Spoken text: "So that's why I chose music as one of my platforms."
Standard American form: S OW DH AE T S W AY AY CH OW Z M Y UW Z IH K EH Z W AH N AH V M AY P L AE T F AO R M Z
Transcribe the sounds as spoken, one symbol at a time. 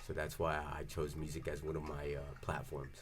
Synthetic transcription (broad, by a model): S OW DH AE T S W AY AY CH OW Z M Y UW Z IH K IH Z W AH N AH V M AY P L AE T F AO R M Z